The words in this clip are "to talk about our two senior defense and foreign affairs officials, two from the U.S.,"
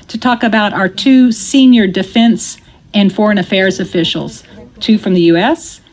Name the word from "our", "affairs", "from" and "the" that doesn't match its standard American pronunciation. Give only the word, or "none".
none